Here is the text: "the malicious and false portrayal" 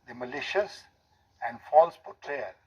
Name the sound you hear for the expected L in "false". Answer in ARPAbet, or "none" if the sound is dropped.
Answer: L